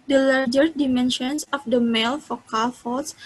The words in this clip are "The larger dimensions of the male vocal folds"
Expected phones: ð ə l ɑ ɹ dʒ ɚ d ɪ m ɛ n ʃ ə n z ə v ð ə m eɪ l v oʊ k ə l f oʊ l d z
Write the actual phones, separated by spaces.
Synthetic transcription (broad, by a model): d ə l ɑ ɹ dʒ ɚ d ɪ m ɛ n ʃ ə n s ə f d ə m eɪ l f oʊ k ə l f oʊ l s